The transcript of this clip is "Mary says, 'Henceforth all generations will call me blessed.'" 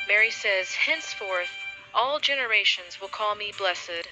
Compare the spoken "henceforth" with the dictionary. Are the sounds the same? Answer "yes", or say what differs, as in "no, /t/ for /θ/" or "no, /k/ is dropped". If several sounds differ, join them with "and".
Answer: yes